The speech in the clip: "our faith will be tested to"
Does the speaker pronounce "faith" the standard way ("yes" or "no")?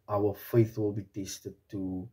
yes